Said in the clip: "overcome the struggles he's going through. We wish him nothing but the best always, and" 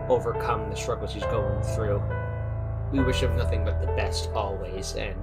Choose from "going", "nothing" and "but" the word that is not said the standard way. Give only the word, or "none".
none